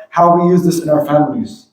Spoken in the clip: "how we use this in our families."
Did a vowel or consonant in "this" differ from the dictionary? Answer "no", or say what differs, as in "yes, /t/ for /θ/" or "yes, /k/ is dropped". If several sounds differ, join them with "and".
no